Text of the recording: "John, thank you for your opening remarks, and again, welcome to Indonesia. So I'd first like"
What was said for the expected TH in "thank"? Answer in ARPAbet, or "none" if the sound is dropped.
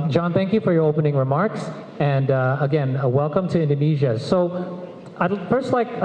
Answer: TH